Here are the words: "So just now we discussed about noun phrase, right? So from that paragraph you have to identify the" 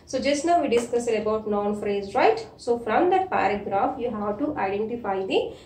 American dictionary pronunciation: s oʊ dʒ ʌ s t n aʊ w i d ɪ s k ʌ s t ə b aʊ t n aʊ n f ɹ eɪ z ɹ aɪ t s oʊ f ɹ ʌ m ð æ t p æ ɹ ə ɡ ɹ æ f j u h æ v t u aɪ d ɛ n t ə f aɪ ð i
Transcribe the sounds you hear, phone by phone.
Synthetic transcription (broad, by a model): s oʊ dʒ ʌ s t n aʊ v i d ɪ s k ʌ s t ə b aʊ t n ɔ n f ɹ eɪ z ɹ aɪ t s oʊ f ɹ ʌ m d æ t p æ ɹ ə ɡ ɹ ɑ f j u h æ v t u aɪ d ɛ n t ə f aɪ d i